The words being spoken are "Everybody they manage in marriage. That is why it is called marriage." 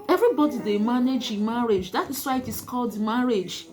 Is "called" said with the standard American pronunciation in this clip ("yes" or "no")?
yes